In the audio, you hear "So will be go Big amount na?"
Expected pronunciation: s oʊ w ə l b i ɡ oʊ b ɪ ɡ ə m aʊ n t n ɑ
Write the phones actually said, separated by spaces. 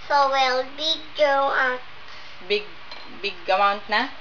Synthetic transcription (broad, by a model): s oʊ w ə l b i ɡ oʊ b ɪ ɡ ə m aʊ n t n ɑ